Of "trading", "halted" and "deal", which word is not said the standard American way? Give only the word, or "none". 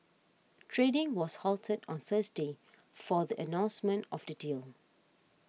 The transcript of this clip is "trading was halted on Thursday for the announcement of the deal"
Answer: none